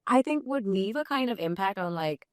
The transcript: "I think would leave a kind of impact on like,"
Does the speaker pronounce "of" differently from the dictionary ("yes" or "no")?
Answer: no